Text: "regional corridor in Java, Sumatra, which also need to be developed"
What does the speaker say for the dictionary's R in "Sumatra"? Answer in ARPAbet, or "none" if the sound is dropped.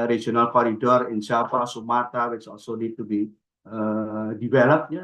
none